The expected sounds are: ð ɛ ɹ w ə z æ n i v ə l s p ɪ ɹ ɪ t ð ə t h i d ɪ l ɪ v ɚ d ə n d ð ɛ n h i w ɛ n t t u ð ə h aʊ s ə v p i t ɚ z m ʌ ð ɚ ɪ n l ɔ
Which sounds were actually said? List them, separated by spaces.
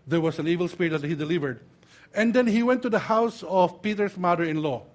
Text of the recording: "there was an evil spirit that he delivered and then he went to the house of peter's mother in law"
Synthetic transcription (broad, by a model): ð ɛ ɹ w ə s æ n i v ə l s p ɪ ɹ ɪ t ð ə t h i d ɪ l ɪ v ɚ d ə n d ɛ n h i w ɛ n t t u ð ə h aʊ s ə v p i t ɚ s m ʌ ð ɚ ɪ n l ɔ